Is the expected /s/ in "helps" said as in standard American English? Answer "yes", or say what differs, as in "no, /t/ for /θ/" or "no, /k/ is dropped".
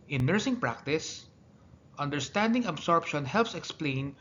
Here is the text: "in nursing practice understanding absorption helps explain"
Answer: yes